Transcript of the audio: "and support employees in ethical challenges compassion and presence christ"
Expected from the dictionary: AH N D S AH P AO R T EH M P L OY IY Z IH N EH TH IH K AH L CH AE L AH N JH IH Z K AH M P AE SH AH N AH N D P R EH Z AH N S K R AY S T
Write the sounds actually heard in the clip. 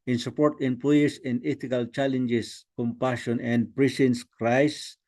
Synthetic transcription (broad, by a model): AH N S AH P AO R T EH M P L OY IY S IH N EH T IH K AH L CH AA L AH N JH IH S K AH M P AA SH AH N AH N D P R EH S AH N S K R AY S